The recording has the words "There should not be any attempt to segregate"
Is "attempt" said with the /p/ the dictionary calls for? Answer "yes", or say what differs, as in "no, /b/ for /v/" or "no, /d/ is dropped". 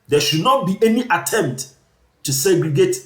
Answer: yes